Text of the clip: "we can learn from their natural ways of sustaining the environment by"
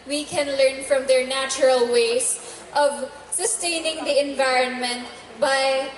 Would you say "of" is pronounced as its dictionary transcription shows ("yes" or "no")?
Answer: yes